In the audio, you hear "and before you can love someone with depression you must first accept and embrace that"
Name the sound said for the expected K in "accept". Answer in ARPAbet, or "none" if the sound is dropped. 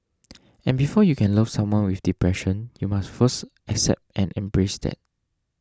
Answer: K